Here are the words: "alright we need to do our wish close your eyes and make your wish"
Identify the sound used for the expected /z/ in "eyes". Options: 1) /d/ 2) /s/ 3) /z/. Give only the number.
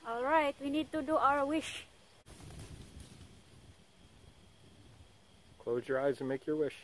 3